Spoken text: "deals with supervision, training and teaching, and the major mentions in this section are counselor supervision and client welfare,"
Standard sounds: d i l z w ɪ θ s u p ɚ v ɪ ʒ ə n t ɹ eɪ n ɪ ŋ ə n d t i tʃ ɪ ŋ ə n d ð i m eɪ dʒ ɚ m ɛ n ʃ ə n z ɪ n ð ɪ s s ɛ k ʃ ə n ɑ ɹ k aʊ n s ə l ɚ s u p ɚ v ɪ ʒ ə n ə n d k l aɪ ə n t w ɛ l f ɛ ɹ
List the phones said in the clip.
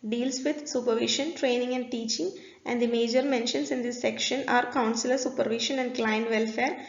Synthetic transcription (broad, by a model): d i l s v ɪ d s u p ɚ v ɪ ʃ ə n t ɹ eɪ n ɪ ŋ ə n d t i tʃ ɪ ŋ ə n d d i m eɪ dʒ ɚ m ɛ n ʃ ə n s ɪ n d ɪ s s ɛ k ʃ ə n ɑ ɹ k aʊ n s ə l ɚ s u p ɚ v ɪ ʃ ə n ə n d k l aɪ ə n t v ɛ l f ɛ ɹ